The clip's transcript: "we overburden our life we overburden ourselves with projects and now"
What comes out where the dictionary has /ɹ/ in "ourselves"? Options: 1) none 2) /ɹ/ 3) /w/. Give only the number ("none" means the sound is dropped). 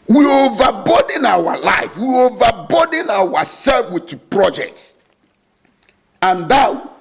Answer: 3